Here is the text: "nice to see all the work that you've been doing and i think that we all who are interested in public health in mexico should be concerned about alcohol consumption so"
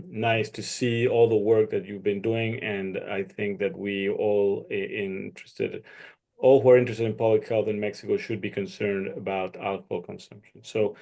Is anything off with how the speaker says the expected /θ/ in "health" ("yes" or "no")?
no